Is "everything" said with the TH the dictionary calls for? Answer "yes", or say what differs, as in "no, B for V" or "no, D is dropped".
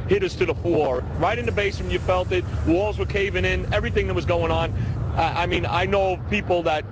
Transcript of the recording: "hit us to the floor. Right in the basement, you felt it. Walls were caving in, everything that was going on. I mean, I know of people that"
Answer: yes